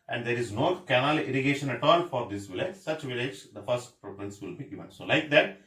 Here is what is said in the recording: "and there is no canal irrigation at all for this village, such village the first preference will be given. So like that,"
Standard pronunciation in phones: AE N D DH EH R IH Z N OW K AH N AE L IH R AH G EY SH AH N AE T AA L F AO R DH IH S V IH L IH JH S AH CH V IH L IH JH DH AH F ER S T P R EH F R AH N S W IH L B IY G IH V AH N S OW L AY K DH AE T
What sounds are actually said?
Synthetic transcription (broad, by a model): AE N D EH R IH Z N OW K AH N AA L IH R AH G EY SH AH N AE T AA L F AO R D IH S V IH L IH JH S AH CH V IH L IH JH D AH F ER S T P R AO P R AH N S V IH L B IY G IH V AH N S OW L AY K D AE T